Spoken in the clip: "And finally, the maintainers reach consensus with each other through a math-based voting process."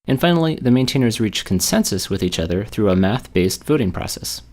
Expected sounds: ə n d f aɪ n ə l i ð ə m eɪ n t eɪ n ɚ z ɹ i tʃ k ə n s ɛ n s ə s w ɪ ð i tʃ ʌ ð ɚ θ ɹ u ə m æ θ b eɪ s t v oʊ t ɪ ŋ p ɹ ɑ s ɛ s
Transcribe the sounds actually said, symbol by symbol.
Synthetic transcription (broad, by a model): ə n f aɪ n l i ð ə m eɪ n t eɪ n ɚ z ɹ i tʃ k n s ɛ n s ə s w ɪ ð i tʃ ʌ ð ɚ θ ɹ u ə m æ θ b eɪ s t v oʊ t ɪ ŋ p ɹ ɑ s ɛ s